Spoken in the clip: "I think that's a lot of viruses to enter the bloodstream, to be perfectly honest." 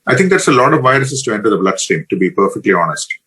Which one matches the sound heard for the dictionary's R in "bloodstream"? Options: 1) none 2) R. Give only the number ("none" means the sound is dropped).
1